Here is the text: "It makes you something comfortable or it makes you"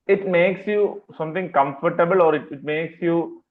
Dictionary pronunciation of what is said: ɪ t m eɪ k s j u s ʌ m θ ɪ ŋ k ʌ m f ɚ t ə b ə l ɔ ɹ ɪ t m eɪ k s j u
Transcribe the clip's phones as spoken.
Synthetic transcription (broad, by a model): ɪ t m eɪ k s j u s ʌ m t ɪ ŋ k ʌ m f ɚ t ə b ə l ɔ ɹ ɪ t m eɪ k s j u